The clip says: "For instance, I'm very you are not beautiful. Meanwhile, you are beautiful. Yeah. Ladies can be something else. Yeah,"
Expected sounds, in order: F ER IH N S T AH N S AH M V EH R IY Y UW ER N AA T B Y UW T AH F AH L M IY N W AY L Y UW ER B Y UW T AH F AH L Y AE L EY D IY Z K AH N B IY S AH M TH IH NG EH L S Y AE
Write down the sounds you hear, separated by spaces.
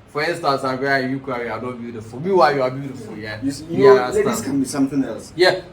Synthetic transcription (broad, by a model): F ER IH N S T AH S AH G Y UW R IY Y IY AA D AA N B Y UW T AH F AH L M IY W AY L Y UW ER B Y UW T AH F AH L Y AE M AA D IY S K AH N B IY S AH M TH IH NG EH L S Y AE